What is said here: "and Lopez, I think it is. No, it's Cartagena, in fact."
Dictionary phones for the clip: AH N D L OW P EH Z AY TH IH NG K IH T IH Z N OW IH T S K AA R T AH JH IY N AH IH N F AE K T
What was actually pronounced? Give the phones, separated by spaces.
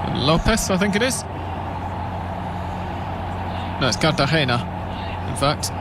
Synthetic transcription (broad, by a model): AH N L OW P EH S AY TH IH NG K IH T IH Z N OW IH T S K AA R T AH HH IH N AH IH N F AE K T